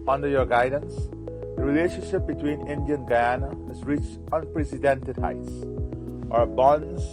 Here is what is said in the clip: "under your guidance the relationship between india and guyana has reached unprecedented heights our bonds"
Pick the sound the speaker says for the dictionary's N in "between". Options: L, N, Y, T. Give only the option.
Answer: N